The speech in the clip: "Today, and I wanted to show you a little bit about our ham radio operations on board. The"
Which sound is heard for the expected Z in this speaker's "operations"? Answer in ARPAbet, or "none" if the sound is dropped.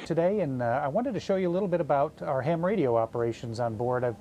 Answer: Z